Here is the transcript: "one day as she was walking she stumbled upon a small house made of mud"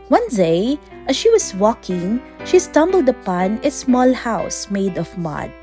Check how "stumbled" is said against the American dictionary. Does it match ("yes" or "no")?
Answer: yes